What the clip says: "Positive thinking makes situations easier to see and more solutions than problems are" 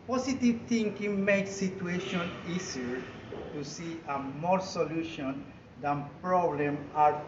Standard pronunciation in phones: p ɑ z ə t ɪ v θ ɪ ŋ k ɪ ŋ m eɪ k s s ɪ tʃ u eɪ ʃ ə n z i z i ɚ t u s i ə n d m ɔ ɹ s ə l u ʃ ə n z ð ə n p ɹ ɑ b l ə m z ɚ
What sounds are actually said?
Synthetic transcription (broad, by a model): p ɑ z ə t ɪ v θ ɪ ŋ k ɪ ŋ m eɪ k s s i tʃ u eɪ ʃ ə n i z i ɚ t u s i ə m ɔ ɹ s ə l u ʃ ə n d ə n p ɹ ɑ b l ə m ɑ